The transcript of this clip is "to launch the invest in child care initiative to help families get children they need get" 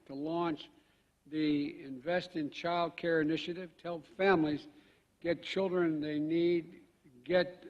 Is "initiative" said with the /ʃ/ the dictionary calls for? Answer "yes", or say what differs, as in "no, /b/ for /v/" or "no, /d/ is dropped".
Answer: yes